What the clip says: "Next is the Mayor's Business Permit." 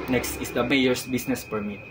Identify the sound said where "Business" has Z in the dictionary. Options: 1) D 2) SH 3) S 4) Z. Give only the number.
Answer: 3